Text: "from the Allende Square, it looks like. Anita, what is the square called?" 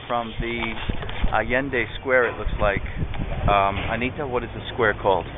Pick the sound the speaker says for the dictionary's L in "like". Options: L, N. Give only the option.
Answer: L